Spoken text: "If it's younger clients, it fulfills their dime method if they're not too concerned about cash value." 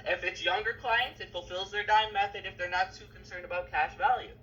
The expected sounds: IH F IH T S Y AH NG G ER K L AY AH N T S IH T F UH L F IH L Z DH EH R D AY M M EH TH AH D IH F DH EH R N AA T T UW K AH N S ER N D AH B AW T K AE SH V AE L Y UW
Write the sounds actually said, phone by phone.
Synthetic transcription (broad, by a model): IH F IH T S Y AH NG G ER K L AY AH N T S IH T F UH L F IH L Z DH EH R D AY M M EH TH AH D IH F DH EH R N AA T T UW K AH N S ER N D AH B AW T K AE SH V AE L Y UW